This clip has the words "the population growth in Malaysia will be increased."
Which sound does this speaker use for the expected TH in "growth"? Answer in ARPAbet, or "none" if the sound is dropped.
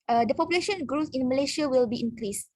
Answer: S